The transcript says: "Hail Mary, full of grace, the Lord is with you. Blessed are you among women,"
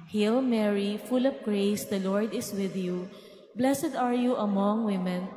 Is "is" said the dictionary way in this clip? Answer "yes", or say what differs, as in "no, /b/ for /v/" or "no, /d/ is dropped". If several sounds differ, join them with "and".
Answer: no, /s/ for /z/